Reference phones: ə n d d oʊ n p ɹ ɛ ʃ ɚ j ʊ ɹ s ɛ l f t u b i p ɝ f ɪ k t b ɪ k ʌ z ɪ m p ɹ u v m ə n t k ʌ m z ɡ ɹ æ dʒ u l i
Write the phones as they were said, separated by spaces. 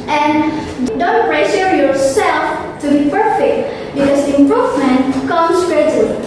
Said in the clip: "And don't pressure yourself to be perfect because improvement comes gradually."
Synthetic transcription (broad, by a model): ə n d d oʊ n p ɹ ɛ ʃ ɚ j ʊ ɹ s ɛ l f t u b i p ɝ f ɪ k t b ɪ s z ɪ m p ɹ u v m ə n t k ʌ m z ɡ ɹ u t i